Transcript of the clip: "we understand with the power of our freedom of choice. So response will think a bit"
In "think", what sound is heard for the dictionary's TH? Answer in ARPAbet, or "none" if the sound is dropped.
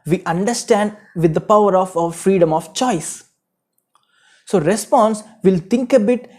T